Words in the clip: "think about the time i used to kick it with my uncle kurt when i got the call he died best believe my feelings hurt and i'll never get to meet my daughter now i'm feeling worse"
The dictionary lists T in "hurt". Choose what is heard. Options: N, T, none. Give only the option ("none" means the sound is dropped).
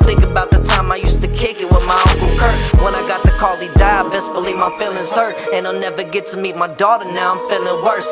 none